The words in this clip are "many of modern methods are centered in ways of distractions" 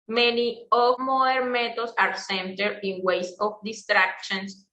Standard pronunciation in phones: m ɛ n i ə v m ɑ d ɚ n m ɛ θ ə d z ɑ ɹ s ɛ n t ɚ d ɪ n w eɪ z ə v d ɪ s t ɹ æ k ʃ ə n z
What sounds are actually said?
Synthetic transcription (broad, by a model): m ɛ n i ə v m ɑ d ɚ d m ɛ t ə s ɑ ɹ s ɛ n t ɚ d ɪ n w eɪ s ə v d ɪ s t ɹ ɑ k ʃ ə n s